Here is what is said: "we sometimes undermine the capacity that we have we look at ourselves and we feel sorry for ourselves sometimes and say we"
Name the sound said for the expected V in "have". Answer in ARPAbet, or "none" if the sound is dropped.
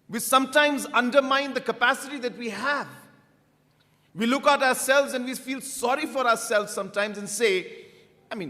V